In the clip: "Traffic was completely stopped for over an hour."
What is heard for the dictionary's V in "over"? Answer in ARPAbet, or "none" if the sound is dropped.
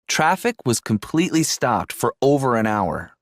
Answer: V